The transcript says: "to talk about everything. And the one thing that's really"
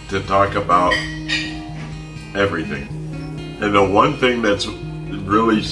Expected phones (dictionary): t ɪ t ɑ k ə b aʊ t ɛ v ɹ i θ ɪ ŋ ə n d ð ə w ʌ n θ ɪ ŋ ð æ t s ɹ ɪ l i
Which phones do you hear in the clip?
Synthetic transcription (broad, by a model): t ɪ t ɑ k ə b aʊ t ɛ v ɹ i θ ɪ ŋ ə n ð ə w ʌ n θ ɪ ŋ ð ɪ t s ɹ ɪ l i